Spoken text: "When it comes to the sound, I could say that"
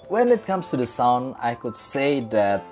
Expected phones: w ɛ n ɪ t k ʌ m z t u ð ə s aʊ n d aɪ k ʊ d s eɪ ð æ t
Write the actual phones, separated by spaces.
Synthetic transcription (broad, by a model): w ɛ n ɪ t k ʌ m s t u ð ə s aʊ n d aɪ k ʊ d s eɪ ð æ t